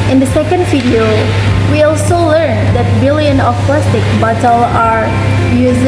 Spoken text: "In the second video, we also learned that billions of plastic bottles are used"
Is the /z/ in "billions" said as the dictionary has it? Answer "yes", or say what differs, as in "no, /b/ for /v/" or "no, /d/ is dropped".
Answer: no, /z/ is dropped